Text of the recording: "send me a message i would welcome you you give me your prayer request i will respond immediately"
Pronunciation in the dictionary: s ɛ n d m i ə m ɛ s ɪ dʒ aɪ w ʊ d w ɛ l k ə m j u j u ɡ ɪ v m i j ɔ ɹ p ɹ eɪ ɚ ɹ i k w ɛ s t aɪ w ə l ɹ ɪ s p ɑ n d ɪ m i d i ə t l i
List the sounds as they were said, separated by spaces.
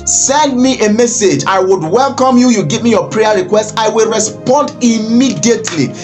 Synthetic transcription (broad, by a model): s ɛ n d m i ə m ɛ s ɪ dʒ aɪ w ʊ d w ɛ l k ə m j u j u ɡ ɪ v m i j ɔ p ɹ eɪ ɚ ɹ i k w ɛ s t aɪ w ə l ɹ ɪ s p ɑ n d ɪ m i d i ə t l i